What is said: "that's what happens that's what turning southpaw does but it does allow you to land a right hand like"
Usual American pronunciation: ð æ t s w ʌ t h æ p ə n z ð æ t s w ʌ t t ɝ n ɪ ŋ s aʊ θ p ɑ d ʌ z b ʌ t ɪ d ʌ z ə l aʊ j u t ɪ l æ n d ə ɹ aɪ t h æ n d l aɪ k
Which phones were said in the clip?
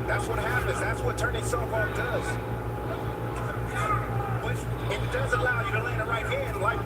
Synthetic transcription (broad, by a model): ð æ t s w ʌ t h æ p ə n z ð æ t s w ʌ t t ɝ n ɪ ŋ s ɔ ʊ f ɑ d ʌ z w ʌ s ɪ d ʌ z ə l aʊ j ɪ t ɪ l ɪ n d ə ɹ aɪ t h æ n d l aɪ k